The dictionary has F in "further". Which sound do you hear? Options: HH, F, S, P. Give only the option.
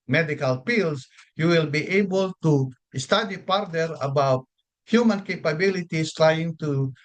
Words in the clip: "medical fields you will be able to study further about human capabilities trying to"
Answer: P